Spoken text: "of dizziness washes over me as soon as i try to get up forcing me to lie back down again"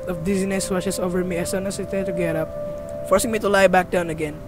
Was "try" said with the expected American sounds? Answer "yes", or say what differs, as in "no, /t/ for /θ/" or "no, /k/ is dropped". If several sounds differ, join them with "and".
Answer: no, /ɹ/ is dropped